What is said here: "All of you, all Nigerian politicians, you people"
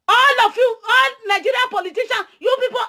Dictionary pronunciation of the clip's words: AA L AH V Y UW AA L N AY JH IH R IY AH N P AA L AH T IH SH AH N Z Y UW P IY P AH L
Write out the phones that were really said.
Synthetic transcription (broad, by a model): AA L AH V Y UW AA L N AY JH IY R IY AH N P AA L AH T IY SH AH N Y UW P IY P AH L